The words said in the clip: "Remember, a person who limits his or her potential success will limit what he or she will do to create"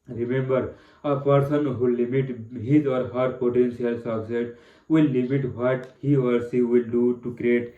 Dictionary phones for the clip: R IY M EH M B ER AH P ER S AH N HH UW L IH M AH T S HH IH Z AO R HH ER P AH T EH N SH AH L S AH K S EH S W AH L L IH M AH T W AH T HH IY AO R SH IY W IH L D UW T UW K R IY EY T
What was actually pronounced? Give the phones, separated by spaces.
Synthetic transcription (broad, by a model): R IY M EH M B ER AH P ER S AH N HH UW L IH M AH T HH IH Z AO R HH ER P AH T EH N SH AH L S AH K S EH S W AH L L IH M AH T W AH T HH IY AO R S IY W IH L D UW T UW K R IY EY T